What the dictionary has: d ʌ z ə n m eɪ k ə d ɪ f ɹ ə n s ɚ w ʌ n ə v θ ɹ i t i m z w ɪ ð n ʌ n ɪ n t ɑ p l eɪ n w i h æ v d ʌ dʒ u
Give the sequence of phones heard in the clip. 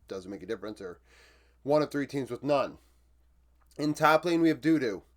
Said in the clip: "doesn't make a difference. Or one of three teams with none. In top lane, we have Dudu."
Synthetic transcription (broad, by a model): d ʌ z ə n m eɪ k ə d ɪ f ɹ ə n s ɚ w ʌ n ə v θ ɹ i t i m z w ɪ ð n ʌ n ɪ n t ɑ p l eɪ n w i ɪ v d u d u